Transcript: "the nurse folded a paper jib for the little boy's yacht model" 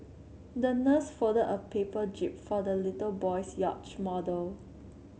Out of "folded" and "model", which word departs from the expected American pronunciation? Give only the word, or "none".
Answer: folded